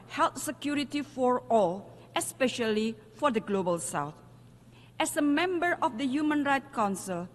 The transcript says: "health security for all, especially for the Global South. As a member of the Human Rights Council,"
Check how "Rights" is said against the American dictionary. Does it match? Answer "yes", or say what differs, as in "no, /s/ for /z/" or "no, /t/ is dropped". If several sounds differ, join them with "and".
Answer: no, /s/ is dropped